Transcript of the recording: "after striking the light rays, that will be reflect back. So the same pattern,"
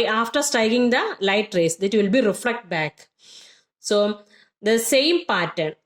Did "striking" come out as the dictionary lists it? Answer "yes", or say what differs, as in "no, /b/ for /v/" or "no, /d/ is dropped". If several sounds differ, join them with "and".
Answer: no, /ɹ/ is dropped